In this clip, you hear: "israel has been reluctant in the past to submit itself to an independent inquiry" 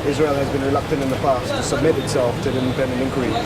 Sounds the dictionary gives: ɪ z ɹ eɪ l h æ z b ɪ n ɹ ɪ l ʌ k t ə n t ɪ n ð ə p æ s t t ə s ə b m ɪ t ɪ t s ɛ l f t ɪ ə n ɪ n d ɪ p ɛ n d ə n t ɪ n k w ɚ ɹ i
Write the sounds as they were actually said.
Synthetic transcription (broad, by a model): ɪ z ɹ eɪ l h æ z b ɪ n ɹ ɪ l ʌ k t ə n t ɪ n ð ə p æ s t t ə s ə b m ɪ t ɪ t s ɛ l f t ɪ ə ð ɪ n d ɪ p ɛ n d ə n ɪ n k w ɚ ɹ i